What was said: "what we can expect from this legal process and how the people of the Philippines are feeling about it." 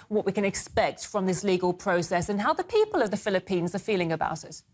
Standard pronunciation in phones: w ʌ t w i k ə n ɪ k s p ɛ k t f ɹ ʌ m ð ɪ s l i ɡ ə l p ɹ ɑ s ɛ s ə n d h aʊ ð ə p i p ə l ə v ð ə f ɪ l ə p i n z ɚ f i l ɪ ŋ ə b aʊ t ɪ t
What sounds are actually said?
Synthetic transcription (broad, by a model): w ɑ t w i k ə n ɪ k s p ɛ k t f ɹ ʌ m ð ɪ s l i ɡ ə l p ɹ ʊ s ɛ s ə n h aʊ ð ə p i p ə l ə v ð ə f ɪ l ə p i n z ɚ f i l ɪ ŋ ə b aʊ t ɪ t